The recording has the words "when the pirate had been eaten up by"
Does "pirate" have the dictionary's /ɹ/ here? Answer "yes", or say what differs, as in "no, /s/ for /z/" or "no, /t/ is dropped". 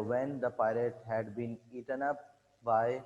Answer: no, /l/ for /ɹ/